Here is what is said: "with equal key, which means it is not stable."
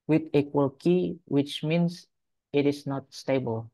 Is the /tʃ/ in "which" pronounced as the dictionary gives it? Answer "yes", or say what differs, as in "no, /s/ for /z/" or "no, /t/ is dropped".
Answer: yes